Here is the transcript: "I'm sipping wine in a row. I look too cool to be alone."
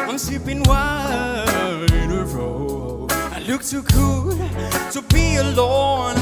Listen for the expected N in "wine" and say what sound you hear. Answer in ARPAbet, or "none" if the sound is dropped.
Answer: none